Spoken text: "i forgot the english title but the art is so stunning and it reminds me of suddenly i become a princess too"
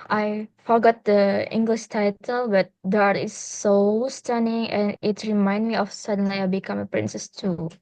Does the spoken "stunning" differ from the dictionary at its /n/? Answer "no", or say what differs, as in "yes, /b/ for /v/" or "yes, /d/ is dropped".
no